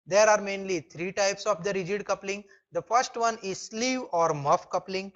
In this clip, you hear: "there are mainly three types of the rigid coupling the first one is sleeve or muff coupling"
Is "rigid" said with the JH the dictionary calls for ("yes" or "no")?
yes